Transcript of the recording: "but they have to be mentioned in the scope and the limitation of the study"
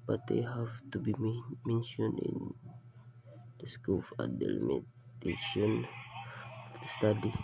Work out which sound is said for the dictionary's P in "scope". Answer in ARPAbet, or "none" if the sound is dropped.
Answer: F